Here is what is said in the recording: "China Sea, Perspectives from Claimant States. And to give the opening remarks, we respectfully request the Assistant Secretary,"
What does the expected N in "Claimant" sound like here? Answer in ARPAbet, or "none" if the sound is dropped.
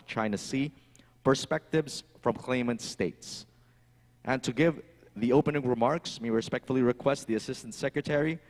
N